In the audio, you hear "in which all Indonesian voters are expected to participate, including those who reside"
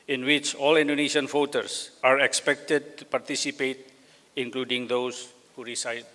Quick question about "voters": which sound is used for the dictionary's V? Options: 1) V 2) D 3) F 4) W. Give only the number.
3